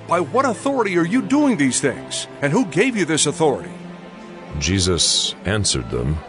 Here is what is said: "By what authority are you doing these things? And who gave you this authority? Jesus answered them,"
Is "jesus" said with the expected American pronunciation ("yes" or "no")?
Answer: yes